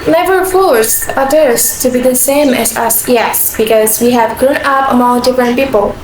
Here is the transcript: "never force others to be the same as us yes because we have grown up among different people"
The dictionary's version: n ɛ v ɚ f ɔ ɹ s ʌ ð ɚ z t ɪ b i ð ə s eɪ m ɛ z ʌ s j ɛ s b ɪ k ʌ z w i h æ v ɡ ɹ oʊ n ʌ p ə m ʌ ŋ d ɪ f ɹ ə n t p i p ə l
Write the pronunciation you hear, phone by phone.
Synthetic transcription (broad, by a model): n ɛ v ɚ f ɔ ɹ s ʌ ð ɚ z t ɪ b i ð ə s eɪ m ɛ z ʌ s j ɛ s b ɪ k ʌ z w i h æ v ɡ ɹ oʊ n ʌ p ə m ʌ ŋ d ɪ f ɹ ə n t p i p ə l